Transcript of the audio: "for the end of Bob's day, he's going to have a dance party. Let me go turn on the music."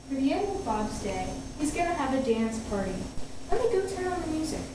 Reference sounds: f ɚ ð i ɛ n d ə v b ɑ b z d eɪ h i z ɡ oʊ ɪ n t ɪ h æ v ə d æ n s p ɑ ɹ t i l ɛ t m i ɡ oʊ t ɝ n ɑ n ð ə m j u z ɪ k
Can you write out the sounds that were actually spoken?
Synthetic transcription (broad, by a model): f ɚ ð i ɛ n d ə v b ɑ b z d eɪ h i z ɡ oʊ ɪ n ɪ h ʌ v ə d æ n s p ɑ ɹ t i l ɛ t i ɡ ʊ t ɝ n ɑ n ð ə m j u z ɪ k